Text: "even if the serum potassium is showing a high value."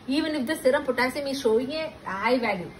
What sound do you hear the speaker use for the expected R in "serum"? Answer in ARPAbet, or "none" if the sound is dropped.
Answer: R